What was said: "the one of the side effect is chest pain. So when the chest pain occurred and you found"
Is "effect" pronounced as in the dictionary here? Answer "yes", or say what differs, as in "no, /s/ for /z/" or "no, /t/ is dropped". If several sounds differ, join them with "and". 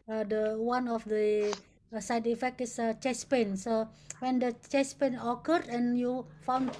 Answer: yes